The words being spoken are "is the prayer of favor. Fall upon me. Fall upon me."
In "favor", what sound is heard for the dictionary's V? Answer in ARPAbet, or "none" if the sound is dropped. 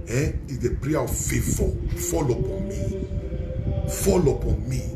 F